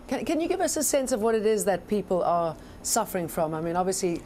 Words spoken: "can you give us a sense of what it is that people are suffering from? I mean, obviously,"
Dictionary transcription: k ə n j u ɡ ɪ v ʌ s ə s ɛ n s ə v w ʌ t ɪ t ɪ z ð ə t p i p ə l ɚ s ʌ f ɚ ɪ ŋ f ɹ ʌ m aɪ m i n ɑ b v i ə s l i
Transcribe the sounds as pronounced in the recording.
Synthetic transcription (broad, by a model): k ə n j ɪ ɡ ɪ v ʌ s ə s ɛ n s ə v w ʌ t ɪ t ɪ z ð ə t p i p l ɚ s ʌ f ɚ ɪ ŋ f ɹ ʌ m aɪ m i n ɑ b v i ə s l i